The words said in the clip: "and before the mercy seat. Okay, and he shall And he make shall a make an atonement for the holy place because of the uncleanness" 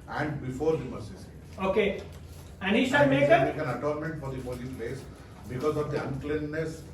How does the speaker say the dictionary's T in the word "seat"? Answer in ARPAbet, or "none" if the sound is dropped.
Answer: none